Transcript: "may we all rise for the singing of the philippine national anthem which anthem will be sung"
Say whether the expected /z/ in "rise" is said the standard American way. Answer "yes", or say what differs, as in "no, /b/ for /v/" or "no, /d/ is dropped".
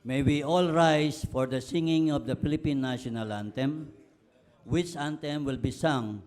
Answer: no, /s/ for /z/